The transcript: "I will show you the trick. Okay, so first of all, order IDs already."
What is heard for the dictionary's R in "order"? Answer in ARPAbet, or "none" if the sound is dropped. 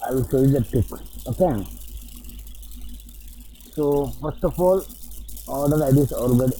L